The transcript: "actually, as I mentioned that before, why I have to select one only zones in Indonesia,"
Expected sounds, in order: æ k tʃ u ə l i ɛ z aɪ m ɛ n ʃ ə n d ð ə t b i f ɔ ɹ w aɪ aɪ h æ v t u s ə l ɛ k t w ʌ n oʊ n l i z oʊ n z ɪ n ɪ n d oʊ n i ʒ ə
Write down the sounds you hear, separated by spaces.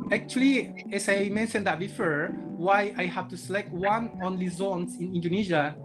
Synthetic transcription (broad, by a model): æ k tʃ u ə l i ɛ s aɪ m ɛ n ʃ ə n d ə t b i f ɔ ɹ w aɪ aɪ h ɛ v t u s ə l ɛ k t w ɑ n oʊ n l i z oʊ n s ɪ n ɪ n d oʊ n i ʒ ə